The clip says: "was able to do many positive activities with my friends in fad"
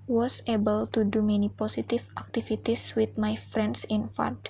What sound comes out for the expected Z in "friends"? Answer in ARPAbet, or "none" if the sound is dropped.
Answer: S